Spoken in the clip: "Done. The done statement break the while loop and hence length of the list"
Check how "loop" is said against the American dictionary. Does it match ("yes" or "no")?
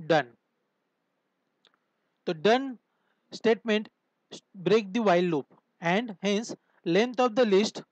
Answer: yes